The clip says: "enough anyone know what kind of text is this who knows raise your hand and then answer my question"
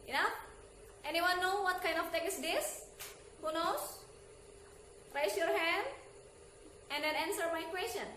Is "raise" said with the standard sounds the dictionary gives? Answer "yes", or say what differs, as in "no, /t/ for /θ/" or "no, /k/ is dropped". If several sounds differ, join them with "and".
no, /s/ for /z/